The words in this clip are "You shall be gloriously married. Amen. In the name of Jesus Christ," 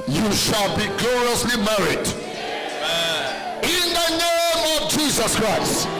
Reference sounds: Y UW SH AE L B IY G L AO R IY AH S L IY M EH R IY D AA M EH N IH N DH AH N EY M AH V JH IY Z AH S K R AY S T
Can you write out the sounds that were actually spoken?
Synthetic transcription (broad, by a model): Y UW SH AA L B IY G L AO R IY AH S L IY M EH R IY D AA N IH N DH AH N EY M AH V JH IY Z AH S K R AY S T